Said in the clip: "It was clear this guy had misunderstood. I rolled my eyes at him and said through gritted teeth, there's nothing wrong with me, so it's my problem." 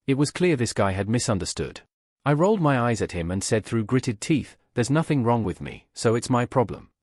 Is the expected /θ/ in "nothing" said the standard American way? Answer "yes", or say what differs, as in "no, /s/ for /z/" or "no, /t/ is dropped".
yes